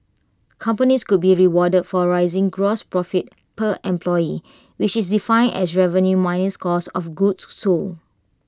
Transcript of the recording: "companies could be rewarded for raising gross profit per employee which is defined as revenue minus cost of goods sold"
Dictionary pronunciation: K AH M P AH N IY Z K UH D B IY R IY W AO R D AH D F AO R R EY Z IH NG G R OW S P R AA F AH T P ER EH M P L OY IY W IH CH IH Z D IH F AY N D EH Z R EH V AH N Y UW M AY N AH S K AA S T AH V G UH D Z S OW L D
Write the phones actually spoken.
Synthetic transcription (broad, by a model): K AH M P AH N IY S K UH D B IY R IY W AO D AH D F AO R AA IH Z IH NG G R OW S P R AA F AH T P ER EH M P L OY IY W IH CH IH S D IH F AY N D EH S R EH V AH N Y UW M AY N AH S K AA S AH F G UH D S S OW L